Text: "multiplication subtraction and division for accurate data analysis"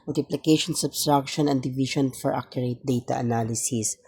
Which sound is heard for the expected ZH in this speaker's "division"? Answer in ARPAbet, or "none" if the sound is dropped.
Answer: SH